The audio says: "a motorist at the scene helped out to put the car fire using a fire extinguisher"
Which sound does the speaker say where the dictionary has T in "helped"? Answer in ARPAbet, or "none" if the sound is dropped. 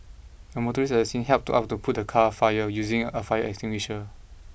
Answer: T